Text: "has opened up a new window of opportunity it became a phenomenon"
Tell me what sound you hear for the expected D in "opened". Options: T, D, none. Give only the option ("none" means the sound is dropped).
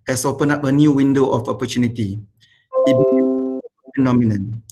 none